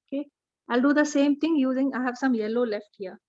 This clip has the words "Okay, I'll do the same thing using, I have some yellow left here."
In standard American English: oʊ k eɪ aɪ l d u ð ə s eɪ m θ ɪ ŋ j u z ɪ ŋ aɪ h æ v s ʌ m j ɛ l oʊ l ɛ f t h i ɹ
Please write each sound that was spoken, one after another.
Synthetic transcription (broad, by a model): oʊ k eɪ aɪ l d u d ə s eɪ m t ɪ ŋ j u z ɪ ŋ aɪ h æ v s ʌ m j ɛ l oʊ l ɛ f t h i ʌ